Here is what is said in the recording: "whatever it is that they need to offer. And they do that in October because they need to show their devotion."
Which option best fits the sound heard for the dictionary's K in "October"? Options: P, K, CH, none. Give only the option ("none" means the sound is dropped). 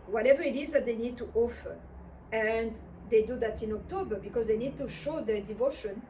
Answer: K